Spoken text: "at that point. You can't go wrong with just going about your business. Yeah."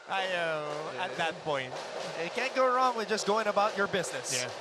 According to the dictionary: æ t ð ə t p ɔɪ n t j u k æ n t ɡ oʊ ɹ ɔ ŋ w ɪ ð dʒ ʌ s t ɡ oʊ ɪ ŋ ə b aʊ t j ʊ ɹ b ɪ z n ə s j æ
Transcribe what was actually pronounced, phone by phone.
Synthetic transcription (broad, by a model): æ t ð ə t p ɔɪ n t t k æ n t ɡ oʊ ɹ ɔ ŋ w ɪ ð dʒ ʌ s ɡ oʊ ɪ ŋ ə b aʊ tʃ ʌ ɹ b ɪ z n ə s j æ